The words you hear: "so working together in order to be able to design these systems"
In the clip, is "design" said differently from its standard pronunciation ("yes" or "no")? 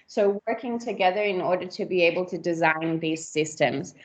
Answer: no